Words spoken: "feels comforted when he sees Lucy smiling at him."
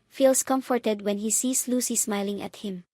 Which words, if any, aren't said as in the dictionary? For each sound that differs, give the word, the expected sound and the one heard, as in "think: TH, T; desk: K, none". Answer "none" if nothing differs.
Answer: sees: Z, S